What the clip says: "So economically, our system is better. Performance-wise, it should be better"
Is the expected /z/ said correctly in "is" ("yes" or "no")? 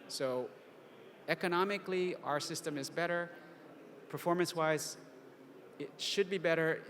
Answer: yes